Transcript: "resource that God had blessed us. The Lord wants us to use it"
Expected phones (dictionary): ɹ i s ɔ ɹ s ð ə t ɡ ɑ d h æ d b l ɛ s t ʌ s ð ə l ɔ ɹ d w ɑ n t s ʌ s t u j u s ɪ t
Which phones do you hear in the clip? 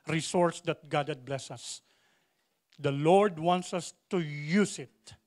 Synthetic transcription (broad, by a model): ɹ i s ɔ ɹ s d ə t ɡ ɑ d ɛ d b l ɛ s ʌ s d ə l ɔ ɹ d w ɑ n t s ʌ s t u j u s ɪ t